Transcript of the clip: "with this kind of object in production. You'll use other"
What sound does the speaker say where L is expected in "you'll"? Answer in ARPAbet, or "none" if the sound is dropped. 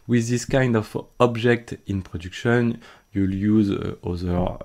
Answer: L